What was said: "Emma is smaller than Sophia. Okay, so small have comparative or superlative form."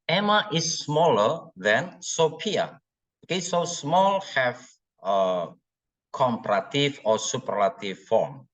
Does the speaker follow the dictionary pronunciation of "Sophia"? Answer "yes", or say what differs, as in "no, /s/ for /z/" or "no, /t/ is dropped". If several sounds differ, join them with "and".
no, /p/ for /f/